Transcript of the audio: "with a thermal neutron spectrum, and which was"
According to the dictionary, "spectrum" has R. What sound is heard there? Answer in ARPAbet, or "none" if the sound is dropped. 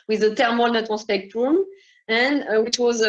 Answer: R